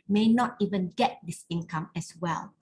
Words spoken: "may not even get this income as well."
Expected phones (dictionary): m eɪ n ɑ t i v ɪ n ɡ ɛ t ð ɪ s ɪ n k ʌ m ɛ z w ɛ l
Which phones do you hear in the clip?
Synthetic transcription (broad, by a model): m eɪ n ɑ t i v ɪ n ɡ ɛ t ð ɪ s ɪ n k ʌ m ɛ s w ɛ l